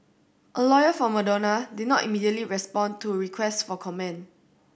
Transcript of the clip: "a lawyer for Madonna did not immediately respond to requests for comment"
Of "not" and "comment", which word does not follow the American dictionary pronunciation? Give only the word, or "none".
comment